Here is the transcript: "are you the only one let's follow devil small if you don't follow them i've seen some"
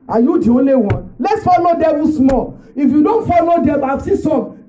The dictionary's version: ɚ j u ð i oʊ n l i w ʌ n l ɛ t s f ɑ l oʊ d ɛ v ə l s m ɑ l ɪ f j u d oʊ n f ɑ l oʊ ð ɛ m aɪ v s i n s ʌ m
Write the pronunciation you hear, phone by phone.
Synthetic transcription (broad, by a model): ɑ j u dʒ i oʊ l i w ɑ l ɛ t s f ɑ l oʊ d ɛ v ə s m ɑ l ɪ f j u d oʊ n f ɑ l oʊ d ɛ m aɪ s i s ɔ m